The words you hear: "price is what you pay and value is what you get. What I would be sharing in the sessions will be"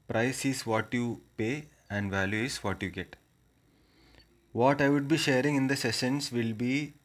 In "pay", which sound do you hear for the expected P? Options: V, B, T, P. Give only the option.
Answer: P